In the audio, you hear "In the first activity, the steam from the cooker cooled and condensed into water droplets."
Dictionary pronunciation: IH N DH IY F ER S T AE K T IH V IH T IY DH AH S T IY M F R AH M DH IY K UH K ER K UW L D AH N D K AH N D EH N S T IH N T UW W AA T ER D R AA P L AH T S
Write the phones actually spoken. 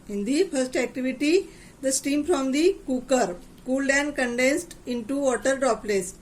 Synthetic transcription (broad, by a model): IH N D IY F ER S T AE K T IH V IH T IY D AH S T IY M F R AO M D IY K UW K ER K UW L D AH N K AH N D EH N S T IH N T UW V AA T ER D R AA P L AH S